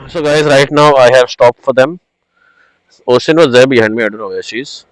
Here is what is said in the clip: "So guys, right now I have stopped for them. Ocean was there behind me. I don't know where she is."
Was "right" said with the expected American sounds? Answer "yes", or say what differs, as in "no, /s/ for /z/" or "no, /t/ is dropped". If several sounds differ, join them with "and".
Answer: yes